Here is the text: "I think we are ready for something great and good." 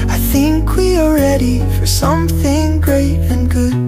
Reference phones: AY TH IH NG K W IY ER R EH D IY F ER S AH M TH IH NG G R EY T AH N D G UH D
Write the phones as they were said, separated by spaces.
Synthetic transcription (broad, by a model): AY TH IH NG K W IY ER R EH D IY F ER S AH M TH IH NG G R EY T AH N G UH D